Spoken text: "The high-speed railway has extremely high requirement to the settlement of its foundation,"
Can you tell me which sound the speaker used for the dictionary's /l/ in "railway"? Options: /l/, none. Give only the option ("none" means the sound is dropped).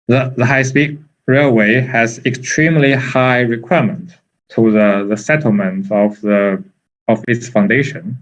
/l/